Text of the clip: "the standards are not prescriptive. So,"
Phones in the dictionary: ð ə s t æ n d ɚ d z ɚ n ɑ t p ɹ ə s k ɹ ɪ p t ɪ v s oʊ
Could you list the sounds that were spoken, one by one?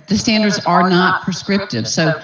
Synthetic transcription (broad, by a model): ð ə s t æ n d ɚ d z ɚ n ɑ t p ɹ ə s k ɹ ɪ p t ɪ v s oʊ